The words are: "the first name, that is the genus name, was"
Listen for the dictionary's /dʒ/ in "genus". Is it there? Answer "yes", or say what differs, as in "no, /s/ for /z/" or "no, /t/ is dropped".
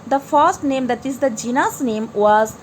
yes